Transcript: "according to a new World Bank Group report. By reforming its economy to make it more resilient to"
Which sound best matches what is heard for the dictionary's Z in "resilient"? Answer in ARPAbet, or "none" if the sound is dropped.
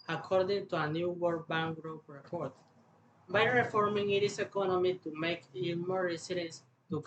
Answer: S